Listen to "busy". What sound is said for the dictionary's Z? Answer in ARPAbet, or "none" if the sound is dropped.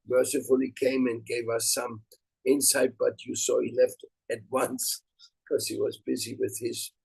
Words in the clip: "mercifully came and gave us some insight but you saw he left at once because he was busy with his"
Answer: Z